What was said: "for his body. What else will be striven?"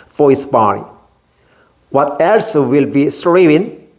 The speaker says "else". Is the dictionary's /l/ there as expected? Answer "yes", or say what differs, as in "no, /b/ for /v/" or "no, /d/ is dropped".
yes